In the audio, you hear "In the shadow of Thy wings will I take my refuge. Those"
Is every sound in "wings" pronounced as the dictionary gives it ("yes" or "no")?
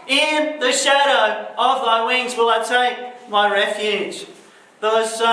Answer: yes